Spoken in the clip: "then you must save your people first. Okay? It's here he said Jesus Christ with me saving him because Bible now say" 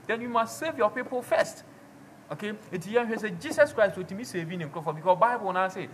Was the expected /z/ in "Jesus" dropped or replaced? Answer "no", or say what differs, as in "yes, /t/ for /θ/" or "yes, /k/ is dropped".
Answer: yes, /s/ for /z/